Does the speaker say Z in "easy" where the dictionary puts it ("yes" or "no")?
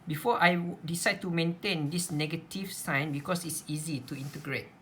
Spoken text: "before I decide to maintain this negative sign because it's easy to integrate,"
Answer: yes